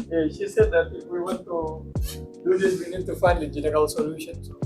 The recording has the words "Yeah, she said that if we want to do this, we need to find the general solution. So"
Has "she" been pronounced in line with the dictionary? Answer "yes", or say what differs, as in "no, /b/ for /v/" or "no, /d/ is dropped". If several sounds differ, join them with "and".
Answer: yes